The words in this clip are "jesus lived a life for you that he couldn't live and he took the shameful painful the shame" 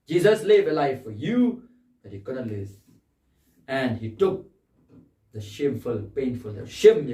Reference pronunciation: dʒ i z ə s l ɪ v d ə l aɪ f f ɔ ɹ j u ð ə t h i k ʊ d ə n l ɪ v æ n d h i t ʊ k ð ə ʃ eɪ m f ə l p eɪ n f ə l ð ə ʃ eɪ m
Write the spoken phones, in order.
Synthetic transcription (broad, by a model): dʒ i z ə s l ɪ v ə l aɪ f f ɔ ɹ j u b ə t h i k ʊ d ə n l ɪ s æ n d h i t ʊ k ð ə ʃ eɪ m f ə l p eɪ n f ə l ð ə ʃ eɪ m